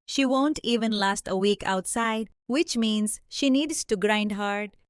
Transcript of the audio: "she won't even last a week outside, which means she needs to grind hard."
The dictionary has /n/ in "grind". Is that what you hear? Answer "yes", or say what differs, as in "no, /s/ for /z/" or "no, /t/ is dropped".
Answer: yes